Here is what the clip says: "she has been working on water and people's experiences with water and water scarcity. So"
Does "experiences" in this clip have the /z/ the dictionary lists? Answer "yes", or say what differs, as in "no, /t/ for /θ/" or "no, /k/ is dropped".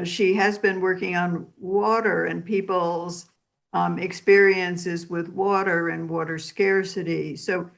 yes